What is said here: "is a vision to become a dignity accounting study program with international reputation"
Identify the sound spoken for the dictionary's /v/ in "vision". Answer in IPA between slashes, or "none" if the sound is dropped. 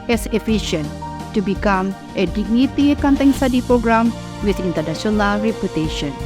/f/